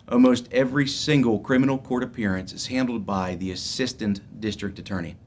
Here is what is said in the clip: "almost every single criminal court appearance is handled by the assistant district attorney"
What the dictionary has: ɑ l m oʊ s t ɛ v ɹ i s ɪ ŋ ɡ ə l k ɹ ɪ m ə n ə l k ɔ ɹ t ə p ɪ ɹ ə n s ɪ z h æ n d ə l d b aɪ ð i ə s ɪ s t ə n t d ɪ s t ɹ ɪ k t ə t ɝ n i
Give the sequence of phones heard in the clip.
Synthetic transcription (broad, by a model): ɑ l m oʊ s t ɛ v ɹ i s ɪ ŋ ɡ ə l k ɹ ɪ m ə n l k ɔ ɹ t ə p ɪ ɹ ə n s ɪ z h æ n d l d b aɪ ð i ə s ɪ s t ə n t d ɪ s t ɹ ɪ k t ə t ɝ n i